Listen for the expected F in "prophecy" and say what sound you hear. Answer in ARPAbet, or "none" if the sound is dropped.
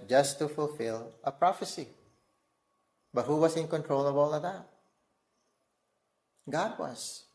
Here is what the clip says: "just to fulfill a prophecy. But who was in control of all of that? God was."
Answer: F